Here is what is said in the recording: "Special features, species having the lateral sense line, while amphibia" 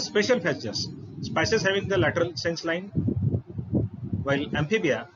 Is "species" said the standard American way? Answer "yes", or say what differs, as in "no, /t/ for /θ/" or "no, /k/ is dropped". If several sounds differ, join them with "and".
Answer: no, /s/ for /ʃ/